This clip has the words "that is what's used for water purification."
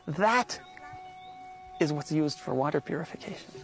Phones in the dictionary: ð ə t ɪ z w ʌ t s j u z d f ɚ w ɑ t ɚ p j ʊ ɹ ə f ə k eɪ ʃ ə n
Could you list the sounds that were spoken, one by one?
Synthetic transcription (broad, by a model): ð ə t ɪ z w ʌ t s j u z d f ɚ w ɑ t ɚ p j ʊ ɹ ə f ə k eɪ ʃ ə n